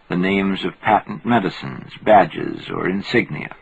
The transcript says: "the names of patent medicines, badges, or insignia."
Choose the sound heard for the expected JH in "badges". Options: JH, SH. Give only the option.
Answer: JH